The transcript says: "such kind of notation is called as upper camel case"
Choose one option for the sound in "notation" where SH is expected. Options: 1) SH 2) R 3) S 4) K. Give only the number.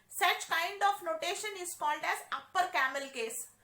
1